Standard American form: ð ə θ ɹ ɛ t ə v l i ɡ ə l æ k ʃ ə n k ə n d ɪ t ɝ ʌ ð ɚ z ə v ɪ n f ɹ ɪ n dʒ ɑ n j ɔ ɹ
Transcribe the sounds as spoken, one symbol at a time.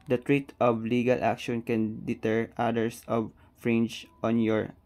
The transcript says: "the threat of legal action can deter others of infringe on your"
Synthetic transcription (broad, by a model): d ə t ɹ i t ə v l i ɡ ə l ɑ k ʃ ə n k ə n d ɪ t ɝ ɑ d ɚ s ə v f ɹ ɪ n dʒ ɑ n j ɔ ɹ